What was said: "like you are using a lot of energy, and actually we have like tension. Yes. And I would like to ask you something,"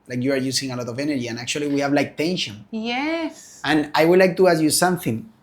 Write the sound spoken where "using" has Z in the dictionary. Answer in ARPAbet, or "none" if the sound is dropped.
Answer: S